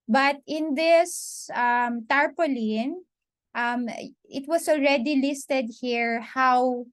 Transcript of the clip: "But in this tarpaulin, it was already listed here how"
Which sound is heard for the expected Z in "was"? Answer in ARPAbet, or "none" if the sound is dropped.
S